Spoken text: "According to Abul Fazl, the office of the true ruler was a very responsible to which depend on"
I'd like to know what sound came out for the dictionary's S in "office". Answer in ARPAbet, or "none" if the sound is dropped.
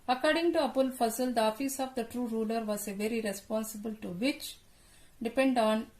S